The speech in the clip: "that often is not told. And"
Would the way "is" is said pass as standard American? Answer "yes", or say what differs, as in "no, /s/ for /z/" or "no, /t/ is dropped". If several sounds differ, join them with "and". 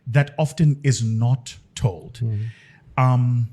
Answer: yes